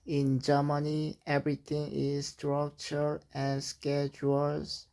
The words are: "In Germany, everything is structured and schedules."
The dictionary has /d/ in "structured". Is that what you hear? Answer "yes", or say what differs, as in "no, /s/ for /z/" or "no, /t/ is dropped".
no, /d/ is dropped